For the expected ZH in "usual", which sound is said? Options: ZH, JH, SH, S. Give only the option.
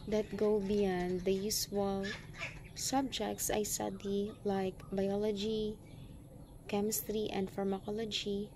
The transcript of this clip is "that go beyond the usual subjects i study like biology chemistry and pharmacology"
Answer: S